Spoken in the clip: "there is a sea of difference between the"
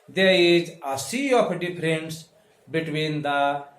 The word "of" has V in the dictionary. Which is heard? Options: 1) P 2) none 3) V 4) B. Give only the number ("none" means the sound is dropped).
1